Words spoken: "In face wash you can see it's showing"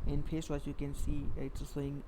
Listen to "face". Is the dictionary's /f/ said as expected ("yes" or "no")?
no